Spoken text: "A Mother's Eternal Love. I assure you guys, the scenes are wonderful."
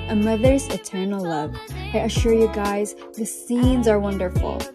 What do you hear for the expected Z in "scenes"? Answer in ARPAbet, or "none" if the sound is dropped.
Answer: Z